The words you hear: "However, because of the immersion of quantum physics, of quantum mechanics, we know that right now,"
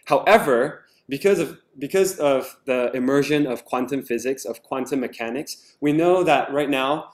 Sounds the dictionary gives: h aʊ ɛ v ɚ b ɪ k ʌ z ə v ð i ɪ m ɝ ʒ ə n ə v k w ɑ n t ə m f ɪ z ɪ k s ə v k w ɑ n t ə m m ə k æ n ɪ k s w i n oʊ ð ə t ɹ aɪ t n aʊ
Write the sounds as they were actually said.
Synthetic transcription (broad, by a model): h aʊ ɛ v ɚ b ɪ k ʌ z ə v ð i ɪ m ɝ ʒ ə n ə v k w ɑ n t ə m f ɪ z ɪ k s ə v k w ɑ n t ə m m ə k æ n ɪ k s w i n oʊ ð ə t ɹ aɪ t n aʊ